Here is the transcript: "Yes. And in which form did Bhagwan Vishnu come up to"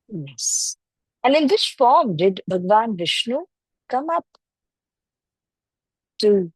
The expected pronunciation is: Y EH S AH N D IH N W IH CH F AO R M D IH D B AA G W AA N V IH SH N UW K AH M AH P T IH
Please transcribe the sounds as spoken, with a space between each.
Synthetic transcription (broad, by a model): Y EH S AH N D IH N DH IH S F AO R M D IH D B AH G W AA N V IH SH N UW K AH M AH P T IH